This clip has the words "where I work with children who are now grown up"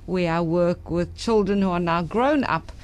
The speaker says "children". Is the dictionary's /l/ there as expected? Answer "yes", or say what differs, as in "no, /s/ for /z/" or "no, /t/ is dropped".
yes